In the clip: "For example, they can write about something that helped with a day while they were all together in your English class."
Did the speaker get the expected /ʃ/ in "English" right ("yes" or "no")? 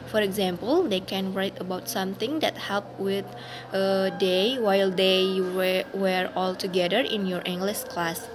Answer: no